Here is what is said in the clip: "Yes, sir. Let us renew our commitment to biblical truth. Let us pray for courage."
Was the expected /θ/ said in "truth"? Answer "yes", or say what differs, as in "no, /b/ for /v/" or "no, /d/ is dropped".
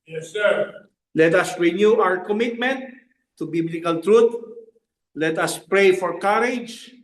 no, /t/ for /θ/